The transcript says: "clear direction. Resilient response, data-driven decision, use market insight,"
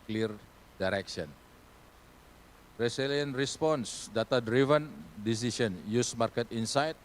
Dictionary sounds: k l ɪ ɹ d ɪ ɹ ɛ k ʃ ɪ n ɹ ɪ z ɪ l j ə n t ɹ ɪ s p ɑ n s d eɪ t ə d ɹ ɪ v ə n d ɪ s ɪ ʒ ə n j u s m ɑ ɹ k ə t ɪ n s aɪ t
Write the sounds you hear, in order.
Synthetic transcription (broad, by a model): k l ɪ ɹ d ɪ ɹ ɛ k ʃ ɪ n ɹ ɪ s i l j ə n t ɹ ɪ s p ɑ n s d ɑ t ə d ɹ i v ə n d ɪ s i s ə n j u s m ɑ ɹ k ə t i n s aɪ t